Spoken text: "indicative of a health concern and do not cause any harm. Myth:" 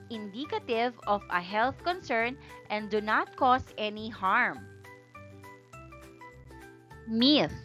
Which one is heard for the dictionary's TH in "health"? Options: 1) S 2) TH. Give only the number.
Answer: 2